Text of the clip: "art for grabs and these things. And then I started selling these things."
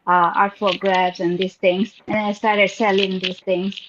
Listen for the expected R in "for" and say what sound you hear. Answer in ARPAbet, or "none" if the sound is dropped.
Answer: L